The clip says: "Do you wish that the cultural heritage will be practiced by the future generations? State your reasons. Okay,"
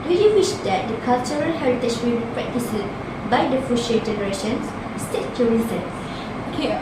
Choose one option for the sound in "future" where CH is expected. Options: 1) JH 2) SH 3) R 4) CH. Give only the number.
2